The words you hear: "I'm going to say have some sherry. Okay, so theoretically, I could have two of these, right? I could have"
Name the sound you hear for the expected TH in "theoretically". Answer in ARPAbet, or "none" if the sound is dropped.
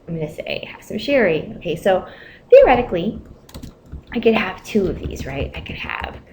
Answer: TH